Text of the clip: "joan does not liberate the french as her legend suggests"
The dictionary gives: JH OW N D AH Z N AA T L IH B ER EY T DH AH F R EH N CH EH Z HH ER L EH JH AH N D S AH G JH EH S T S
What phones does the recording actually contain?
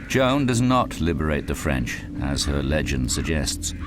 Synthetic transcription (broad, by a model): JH OW N D AH Z N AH T L IH B ER EY T DH AH F R EH N CH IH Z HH ER L EH JH AH N D S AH G JH EH S T S